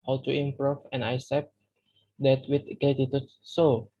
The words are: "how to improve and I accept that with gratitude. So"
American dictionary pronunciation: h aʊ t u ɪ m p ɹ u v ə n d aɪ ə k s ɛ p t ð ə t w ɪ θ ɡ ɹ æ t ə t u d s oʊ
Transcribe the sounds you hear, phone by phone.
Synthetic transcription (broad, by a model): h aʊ t u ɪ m p ɹ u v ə n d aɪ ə s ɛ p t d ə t w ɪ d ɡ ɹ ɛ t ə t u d s oʊ